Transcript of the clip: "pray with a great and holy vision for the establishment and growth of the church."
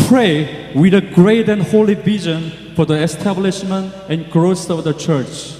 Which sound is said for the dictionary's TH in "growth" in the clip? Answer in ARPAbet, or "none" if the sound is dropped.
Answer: S